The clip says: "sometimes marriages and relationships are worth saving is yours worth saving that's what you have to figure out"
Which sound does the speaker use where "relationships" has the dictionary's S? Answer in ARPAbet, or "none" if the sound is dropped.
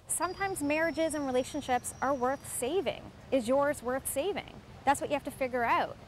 S